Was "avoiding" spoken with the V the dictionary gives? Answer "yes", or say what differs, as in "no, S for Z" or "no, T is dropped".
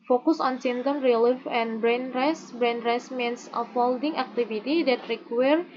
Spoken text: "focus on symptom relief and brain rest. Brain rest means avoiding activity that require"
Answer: no, F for V